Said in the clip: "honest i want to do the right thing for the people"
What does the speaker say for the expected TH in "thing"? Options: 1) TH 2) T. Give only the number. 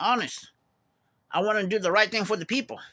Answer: 1